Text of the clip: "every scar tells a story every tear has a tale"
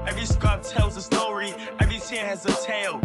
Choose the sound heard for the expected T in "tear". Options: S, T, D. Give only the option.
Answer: S